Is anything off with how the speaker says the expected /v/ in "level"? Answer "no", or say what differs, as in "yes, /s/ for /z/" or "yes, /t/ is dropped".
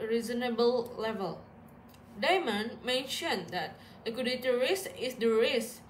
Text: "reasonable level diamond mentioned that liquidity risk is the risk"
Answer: no